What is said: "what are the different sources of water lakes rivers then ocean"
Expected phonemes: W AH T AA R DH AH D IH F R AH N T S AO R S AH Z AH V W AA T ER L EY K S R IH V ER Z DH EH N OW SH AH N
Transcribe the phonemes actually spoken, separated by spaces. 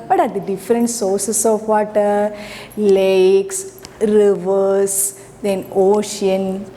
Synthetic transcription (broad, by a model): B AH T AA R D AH D IH F R AH N T S AO R S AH S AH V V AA T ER L EY K S R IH V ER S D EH N OW SH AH N